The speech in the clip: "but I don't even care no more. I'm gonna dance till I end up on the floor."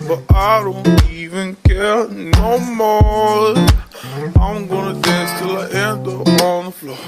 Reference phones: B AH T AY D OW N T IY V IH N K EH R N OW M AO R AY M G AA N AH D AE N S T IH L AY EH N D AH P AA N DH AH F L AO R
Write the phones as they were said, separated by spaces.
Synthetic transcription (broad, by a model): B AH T AY D OW N T IY V IH N K EH R N OW M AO L AY M G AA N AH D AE S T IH L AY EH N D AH AA N DH AH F L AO